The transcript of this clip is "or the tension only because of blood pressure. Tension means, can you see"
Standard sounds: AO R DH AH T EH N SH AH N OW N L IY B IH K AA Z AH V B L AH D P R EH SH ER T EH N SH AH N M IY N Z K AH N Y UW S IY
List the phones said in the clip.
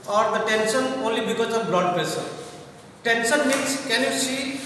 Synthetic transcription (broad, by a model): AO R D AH T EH N S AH N OW N L IY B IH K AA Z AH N B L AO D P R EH S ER T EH N S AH N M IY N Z K AH N Y UW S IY